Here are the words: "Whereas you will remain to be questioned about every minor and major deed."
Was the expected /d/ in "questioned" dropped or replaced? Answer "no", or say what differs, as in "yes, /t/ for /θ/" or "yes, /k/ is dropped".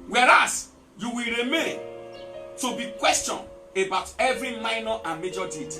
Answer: yes, /d/ is dropped